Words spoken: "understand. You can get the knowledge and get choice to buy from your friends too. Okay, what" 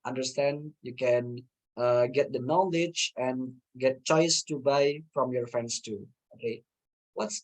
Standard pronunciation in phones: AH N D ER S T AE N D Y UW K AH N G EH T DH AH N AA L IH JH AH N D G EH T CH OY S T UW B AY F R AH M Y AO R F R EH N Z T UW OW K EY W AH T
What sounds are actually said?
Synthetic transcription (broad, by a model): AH N D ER S T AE N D Y UW K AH N G EH T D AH N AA L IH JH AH N G EH T CH OY S T UW B AY F R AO M Y AO R F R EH N S T UW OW EY W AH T